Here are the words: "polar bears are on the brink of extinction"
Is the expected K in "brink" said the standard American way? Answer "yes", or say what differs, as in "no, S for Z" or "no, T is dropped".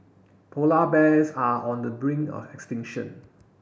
no, K is dropped